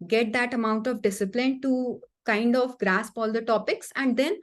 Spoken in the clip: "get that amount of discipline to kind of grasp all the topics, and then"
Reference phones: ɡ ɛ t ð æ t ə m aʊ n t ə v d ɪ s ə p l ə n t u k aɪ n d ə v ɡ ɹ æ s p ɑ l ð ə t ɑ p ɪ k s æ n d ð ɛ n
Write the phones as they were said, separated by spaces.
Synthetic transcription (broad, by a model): ɡ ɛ t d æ t ə m aʊ n t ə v d ɪ s ə p l ə n t u k aɪ n d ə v ɡ ɹ æ s p ɑ l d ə t ɑ p ɪ k s æ n d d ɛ n